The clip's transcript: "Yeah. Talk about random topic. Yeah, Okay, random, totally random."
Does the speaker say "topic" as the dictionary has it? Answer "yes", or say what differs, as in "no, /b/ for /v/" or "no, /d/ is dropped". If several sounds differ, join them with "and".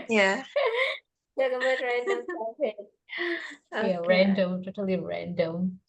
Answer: no, /s/ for /t/